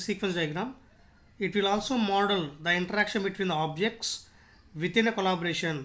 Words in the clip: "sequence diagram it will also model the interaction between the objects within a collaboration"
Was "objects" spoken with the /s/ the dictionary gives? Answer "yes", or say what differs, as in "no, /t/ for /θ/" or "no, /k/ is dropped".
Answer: yes